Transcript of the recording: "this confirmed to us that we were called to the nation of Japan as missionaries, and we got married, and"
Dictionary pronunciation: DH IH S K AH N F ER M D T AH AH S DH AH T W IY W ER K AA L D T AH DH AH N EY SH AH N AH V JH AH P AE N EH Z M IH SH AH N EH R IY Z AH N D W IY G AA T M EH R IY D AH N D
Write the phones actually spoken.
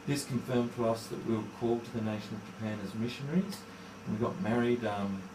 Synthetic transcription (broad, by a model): DH IH S K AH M F ER M T AH AH S DH AH T W IY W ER K AA L T AH DH AH N EY SH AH N AH V JH AH P AE N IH Z M IH SH AH N EH R IY Z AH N W IY G AA T M EH R IY D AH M